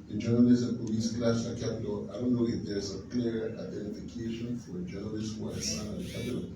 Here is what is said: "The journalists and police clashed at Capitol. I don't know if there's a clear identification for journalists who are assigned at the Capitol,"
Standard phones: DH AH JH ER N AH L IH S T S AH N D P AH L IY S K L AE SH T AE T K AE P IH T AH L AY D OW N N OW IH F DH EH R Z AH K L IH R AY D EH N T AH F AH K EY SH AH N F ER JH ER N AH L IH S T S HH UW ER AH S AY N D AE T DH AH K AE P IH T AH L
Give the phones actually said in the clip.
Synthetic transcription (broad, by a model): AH JH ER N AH L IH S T AH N P AH L IY S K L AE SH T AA K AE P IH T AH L AY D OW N N OW IH F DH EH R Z AH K L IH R AY D EH N T AH F AH K EY SH AH N F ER JH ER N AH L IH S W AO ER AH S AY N AA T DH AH K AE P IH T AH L